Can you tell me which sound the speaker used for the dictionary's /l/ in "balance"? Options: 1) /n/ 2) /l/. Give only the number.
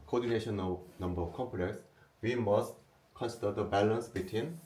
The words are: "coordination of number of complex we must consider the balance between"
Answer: 2